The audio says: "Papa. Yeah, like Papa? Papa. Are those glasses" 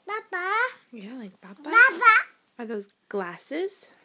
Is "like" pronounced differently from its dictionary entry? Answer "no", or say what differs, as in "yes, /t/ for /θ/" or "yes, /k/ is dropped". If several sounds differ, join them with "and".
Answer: no